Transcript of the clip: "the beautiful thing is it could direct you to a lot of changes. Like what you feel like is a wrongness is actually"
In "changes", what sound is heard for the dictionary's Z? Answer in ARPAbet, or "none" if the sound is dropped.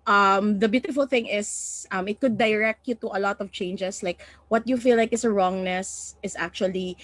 S